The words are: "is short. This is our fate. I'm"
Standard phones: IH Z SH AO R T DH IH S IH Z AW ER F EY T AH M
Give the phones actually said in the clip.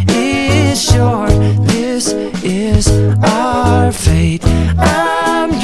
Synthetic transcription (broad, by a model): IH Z SH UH R DH IH S IH Z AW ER F EY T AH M